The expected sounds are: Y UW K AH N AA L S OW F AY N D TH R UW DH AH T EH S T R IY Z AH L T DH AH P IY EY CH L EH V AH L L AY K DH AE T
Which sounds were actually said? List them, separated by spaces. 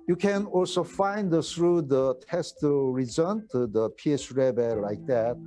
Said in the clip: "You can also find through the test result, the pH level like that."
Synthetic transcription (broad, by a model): Y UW K AH N AA L S OW F AY N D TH R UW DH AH T EH S T R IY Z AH N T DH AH P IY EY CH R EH B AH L L AY K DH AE T